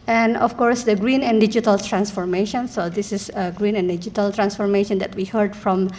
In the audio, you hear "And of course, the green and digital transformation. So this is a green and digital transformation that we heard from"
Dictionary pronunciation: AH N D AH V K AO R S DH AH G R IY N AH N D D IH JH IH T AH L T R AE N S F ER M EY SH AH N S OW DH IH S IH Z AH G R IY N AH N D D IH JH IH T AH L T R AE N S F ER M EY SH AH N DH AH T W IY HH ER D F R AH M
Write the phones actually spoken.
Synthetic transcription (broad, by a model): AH N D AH F K AO R S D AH G R IY N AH N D D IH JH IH T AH L T R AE N S F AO M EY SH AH N S OW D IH S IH S AH G R IY N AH N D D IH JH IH T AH L T R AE N S F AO M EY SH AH N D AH T W IY HH ER D F R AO M